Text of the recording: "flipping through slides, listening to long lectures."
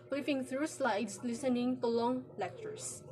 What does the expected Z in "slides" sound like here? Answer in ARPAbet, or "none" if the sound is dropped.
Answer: S